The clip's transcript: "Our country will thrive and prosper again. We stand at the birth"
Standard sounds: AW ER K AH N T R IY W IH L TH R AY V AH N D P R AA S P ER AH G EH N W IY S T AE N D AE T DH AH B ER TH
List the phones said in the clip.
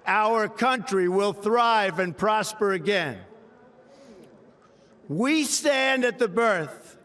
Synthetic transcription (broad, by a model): AW ER K AH N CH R IY W IH L TH R AY V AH N P R AA S P ER AH G EH N W IY S T AE N D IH T DH AH B ER TH